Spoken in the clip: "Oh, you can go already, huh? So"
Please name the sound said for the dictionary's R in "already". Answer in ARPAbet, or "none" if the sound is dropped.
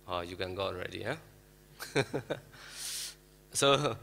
R